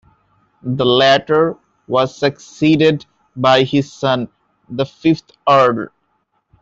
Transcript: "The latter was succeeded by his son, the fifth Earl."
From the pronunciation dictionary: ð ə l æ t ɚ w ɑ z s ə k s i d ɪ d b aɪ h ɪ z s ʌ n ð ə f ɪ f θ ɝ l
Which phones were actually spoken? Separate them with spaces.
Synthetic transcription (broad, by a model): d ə l æ t ɚ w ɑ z s ə k s i d ɪ d b aɪ h ɪ z s ʌ n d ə f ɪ f t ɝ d